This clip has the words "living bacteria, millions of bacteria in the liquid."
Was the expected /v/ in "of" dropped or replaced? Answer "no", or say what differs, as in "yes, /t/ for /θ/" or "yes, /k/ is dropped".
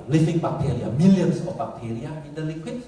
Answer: yes, /f/ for /v/